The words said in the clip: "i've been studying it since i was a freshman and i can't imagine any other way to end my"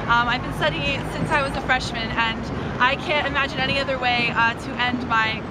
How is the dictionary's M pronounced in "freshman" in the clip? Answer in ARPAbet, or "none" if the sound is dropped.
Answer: M